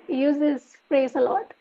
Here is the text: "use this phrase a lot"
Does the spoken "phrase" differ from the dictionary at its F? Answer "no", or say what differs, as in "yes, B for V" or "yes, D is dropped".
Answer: yes, P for F